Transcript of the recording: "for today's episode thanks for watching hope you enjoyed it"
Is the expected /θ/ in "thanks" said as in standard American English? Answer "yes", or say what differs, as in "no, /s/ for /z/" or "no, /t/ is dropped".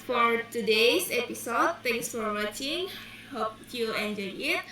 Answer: no, /t/ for /θ/